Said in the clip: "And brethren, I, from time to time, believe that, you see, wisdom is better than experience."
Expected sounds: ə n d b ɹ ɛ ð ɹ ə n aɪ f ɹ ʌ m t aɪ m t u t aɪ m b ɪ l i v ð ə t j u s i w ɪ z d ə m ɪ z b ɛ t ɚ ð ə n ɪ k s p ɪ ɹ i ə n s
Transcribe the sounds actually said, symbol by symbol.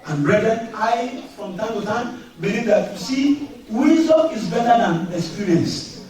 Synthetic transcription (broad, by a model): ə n b ɹ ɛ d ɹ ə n aɪ f ɹ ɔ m t aɪ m t u t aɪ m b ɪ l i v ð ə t j u s i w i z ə ɪ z b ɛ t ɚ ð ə n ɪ k s p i ɹ i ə n s